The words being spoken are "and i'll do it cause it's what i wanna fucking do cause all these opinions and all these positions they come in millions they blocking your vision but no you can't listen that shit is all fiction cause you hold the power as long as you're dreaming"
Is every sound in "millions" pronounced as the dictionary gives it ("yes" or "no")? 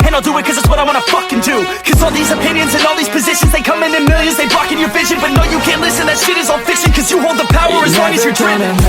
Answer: yes